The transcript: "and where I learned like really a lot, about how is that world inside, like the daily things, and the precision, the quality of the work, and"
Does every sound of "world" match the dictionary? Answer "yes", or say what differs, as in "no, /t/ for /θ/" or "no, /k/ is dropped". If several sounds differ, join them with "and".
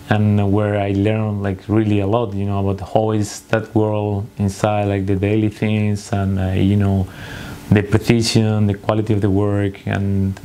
yes